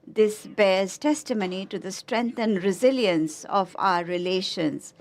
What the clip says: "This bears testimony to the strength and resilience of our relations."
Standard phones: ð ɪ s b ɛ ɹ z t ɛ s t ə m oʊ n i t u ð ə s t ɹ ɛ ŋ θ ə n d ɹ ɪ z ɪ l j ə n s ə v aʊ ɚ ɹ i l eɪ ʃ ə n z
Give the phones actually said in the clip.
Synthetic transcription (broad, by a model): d ɪ s b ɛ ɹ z t ɛ s t ə m oʊ n i t u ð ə s t ɹ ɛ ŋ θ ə n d ɹ ɪ z ɪ l j ə n s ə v aʊ ɚ ɹ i l eɪ ʃ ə n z